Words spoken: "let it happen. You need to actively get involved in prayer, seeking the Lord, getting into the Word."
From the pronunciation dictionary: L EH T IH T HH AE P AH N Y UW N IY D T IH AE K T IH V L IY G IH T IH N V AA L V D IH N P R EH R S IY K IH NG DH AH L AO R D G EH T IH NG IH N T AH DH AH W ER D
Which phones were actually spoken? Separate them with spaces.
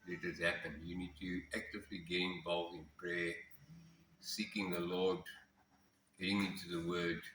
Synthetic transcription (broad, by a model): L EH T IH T HH AE P AH N Y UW N IY D T IH AE K T IH V L IY G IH IH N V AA L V IH N P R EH S IY K IH NG DH AH L AO D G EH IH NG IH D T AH DH AH W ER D